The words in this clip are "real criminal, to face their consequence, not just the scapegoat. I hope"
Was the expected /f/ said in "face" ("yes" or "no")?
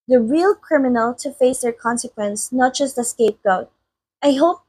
yes